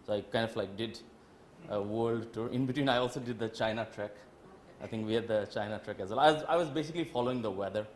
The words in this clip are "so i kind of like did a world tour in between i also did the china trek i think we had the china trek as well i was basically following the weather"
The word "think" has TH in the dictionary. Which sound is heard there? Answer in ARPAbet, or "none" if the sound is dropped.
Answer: T